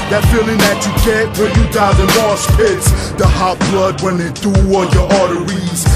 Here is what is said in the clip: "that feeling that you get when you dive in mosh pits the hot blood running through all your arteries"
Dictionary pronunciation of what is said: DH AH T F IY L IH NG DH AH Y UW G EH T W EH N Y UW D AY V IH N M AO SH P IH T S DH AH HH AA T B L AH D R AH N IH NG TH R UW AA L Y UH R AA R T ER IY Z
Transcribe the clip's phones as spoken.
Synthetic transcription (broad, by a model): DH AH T F IY L IH NG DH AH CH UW G EH T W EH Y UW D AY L IH N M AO S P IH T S DH AH HH AA T B L AH D W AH N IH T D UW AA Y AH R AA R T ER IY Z